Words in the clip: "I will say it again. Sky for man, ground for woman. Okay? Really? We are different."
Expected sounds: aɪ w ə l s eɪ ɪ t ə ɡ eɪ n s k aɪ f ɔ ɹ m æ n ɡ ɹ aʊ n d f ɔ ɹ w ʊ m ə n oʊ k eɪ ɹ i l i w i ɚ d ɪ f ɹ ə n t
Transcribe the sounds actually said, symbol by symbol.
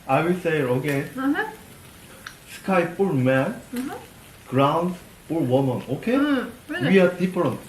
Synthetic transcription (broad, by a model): aɪ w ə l s eɪ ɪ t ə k eɪ s k aɪ p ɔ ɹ m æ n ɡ ɹ aʊ n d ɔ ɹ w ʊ m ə n oʊ k eɪ w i i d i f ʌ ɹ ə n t